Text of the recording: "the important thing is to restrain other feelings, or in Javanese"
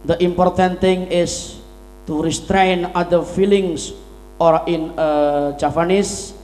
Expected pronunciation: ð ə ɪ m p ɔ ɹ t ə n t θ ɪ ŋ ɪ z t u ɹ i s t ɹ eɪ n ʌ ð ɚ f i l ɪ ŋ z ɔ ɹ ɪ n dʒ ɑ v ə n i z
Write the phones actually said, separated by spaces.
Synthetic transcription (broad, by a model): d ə ɪ m p ɔ ɹ t ə n t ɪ ŋ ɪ s t u ɹ i s t ɹ eɪ n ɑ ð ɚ f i l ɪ ŋ s ɔ ɹ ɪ n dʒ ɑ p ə n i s